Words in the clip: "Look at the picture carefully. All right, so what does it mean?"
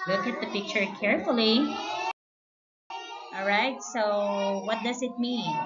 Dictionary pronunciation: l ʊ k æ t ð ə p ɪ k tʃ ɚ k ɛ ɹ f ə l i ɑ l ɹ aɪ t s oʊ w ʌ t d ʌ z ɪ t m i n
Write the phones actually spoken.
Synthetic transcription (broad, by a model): l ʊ k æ t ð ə p ɪ k tʃ ɚ k ɛ ɹ f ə l i ɑ l ɹ aɪ t s oʊ w ʌ t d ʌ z ɪ t m i n